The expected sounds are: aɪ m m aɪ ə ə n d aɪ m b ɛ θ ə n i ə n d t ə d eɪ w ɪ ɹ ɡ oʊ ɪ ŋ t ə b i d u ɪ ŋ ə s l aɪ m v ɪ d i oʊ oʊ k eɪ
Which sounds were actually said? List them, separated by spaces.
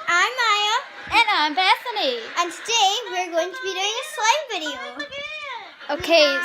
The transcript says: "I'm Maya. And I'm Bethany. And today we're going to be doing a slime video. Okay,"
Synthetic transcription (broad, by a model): aɪ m m aɪ ə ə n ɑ aɪ m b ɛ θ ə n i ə n t ə d eɪ w ɪ ɹ ɡ oʊ ɪ ŋ t ə b i d u ɪ ŋ ə s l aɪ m b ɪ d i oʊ oʊ k eɪ